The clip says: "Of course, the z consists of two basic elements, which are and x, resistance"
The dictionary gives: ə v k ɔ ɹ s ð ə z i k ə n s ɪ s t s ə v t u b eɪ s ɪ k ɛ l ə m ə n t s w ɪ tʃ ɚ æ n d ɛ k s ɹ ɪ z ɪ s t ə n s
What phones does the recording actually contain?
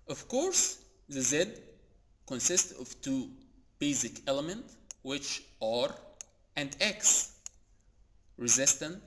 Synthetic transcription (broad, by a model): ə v k ɔ ɹ s ð ə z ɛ k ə n s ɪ s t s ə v t u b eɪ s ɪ k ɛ l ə m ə n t w ɪ tʃ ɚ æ n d ɛ k s ɹ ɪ z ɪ s t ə n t